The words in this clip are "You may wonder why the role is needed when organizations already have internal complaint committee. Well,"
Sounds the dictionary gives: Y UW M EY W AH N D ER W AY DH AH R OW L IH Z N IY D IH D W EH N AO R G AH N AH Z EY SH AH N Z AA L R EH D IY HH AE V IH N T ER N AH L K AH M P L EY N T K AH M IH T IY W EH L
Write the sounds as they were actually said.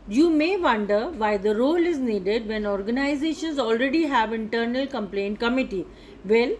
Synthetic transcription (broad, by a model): Y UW M EY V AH N D ER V AY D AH R OW L IH Z N IY D IH D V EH N AO R G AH N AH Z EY SH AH N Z AA L R EH D IY HH AE V IH N T ER N AH L K AH M P L EY N T K AH M IH T IY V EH L